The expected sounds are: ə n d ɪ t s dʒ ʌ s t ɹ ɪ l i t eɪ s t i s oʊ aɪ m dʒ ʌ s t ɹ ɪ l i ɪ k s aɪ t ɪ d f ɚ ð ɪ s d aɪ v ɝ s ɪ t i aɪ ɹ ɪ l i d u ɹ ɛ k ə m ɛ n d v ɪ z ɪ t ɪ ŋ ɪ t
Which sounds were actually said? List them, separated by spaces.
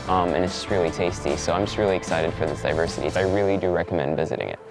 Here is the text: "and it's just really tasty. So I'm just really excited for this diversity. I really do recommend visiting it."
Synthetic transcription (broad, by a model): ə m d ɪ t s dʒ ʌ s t ɹ ɪ l i t eɪ s t i s oʊ aɪ m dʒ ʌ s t ɹ ɪ l i ɪ k s aɪ t ɪ d f ɚ ð ɪ s d aɪ v ɝ s ɪ t i aɪ ɹ ɪ l i d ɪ ɹ ɛ k ə m ɛ n d v ɪ z ɪ t ɪ ŋ ɪ t